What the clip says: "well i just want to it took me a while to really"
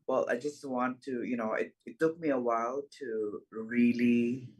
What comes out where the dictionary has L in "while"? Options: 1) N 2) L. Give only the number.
2